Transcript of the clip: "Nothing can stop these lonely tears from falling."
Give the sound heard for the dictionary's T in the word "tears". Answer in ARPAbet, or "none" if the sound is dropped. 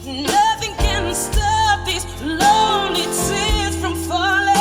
S